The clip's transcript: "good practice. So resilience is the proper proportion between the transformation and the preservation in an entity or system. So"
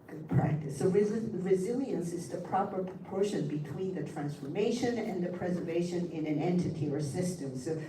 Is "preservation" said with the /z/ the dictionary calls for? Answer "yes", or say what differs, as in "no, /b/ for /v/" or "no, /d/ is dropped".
yes